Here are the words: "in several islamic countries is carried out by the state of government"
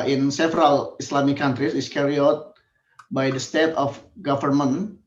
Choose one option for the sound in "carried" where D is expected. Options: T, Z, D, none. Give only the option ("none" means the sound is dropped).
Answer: none